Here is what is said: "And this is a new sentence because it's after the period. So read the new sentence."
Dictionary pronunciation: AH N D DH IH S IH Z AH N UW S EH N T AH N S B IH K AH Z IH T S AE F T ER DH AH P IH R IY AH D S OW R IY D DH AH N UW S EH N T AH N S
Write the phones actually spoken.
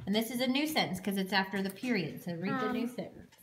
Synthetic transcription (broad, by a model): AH N DH IH S IH Z AH N UW S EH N N S K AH Z IH T S AE F T ER DH AH P IH R IY AH D S OW R IY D DH AH N UW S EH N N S